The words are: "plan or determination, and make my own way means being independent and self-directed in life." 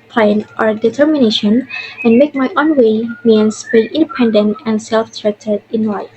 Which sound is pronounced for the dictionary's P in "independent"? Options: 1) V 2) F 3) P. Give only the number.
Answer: 3